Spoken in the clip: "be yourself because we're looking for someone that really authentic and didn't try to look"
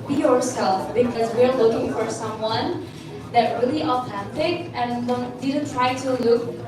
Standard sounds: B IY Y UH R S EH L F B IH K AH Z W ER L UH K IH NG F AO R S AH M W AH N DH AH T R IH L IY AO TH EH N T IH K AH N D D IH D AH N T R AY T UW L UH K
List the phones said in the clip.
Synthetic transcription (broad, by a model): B IY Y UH R S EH L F B IH K AH Z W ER L UH K IH NG F AO R S AH M W AH N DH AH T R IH L IY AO F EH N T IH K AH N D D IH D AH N T R AY T UW L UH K